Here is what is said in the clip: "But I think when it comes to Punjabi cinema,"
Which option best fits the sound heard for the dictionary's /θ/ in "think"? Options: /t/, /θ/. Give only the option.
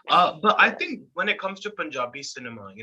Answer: /θ/